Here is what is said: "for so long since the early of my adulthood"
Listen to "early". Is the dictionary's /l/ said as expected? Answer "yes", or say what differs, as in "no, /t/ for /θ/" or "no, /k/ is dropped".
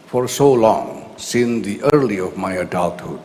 yes